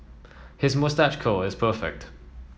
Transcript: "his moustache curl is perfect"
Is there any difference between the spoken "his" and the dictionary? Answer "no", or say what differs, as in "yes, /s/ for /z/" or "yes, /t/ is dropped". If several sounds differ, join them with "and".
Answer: no